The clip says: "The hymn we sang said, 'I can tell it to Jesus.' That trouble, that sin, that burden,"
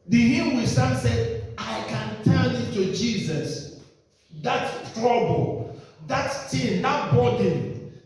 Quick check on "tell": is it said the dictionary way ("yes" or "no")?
no